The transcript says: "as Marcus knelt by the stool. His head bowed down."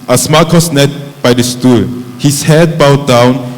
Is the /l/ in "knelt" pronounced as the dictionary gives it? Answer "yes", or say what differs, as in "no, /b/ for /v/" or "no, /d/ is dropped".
no, /l/ is dropped